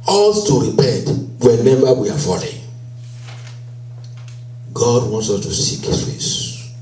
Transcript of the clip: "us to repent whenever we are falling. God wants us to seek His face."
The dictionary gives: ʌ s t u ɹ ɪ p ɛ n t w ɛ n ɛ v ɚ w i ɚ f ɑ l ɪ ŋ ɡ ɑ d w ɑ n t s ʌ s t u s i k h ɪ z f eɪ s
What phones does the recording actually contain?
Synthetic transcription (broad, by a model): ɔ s t u ɹ ɪ p ɛ n t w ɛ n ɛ b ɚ w i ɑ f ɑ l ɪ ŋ ɡ ɑ d w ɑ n t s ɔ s t u s i k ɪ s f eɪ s